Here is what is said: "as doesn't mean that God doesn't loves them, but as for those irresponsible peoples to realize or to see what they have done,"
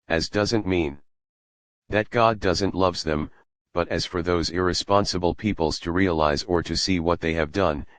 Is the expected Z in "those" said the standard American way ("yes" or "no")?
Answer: yes